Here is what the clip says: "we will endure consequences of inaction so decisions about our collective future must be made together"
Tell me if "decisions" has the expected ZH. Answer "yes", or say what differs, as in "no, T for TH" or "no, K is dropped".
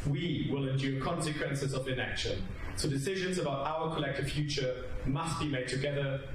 yes